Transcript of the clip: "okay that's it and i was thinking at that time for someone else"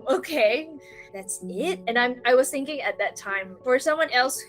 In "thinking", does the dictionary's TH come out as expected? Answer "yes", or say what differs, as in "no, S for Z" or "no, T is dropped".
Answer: yes